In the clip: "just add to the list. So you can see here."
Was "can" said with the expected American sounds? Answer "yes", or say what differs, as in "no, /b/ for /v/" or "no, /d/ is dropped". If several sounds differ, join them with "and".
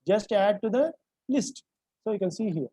yes